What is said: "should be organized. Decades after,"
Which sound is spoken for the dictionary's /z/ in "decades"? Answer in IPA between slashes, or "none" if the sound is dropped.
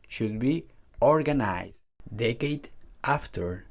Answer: none